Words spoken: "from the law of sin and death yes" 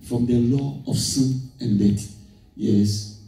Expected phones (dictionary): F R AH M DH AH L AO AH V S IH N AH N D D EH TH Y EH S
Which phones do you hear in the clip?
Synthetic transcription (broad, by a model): F R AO M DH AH L AO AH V S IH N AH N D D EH T Y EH S